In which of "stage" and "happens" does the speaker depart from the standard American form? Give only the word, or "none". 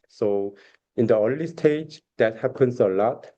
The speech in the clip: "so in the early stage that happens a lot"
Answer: happens